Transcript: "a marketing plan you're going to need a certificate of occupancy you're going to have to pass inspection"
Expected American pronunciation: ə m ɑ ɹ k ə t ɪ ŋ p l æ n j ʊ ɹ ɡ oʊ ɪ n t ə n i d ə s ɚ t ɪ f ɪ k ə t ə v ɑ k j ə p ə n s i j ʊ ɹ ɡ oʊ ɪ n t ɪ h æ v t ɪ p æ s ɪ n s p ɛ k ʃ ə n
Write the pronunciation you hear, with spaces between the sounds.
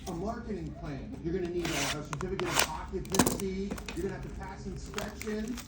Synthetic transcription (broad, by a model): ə m ɑ ɹ k ə t ɪ ŋ p l æ n j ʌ ɹ ɡ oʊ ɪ n t ə l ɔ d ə s ɚ t ɪ f ɪ k ə t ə p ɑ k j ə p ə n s i j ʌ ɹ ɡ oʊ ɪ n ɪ h æ v t ɪ p æ s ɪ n s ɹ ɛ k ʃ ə n